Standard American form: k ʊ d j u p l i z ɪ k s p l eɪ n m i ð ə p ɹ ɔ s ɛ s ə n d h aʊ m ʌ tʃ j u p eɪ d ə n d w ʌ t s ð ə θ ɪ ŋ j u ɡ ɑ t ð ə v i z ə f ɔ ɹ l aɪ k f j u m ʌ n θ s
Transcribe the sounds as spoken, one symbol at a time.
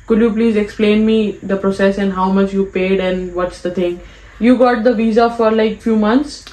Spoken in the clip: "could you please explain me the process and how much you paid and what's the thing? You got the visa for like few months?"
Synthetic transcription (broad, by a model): k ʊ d j u p l i z ɪ k s p l eɪ n m i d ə p ɹ ɔ s ɛ s ə n d h aʊ m ʌ tʃ j u p eɪ d ə n d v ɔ t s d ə t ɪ ŋ j u ɡ ɑ t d ə v i z ə f ɔ ɹ l aɪ k f j u m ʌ n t s